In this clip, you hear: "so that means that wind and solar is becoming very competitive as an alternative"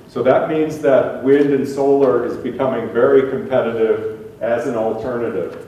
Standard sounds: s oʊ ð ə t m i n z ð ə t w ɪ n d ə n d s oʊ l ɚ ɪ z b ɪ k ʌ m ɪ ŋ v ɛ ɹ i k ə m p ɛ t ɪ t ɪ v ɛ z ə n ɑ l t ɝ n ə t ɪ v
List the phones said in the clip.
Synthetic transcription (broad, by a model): s oʊ ð ə t m i n z ð ə t w ɪ n d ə n s oʊ l ɚ ɪ z b ɪ k ʌ m ɪ ŋ v ɛ ɹ i k ə m p ɛ t ɪ t ɪ v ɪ z ə n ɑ l t ɝ n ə t ɪ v